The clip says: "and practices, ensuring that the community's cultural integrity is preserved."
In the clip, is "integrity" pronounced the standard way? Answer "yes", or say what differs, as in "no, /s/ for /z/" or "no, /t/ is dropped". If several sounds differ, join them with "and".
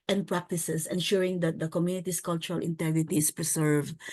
yes